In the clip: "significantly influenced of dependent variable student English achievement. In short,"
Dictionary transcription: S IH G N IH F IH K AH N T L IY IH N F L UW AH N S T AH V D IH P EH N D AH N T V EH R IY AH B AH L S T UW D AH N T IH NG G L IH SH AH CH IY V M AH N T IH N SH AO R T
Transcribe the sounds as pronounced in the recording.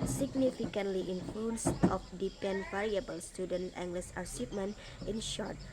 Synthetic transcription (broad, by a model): S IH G N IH F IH K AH N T L IY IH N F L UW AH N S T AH F D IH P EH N N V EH R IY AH B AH L S T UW D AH N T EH NG G L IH S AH S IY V M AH N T IH N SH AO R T